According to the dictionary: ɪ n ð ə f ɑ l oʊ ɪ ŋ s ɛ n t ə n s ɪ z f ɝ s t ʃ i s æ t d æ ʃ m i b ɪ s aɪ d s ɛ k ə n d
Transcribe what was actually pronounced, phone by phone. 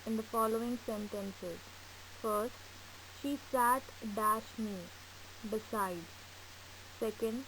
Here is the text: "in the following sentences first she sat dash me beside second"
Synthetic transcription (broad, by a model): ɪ n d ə f ɑ l oʊ ɪ ŋ s ɛ n t ə n s ɪ z f ɝ s t ʃ i s æ t d æ ʃ m i b ɪ s aɪ d s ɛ k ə n d